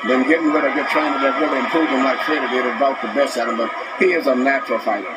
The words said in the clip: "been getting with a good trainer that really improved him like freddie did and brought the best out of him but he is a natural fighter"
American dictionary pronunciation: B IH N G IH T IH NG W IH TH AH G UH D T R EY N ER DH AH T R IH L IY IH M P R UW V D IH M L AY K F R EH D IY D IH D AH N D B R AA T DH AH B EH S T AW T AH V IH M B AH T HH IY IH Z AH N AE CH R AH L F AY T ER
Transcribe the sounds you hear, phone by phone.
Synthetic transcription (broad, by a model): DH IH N G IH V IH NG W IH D AH G UH D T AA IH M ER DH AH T R IH L IY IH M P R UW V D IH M L AY K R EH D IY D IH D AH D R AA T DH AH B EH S AW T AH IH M B AH T HH IY IH Z AH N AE CH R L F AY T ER